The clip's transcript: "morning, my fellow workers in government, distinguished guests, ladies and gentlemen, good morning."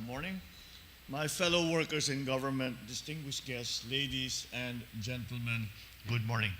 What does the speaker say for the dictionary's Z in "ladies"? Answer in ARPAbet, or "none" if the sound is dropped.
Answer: S